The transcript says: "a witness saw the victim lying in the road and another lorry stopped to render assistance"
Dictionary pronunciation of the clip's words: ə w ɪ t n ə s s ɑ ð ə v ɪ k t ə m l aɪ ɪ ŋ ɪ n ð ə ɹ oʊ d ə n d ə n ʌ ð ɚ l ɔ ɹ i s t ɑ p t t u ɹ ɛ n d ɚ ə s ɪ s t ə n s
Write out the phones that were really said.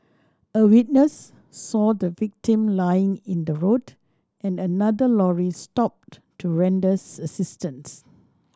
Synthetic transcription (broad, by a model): ə w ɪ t n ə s s ɑ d ə v ɪ k t ə m l aɪ ɪ ŋ ɪ n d ə ɹ oʊ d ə n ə n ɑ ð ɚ l ɔ ɹ i s t ɑ p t t u ɹ ɛ n d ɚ ə s ɪ s t ə n s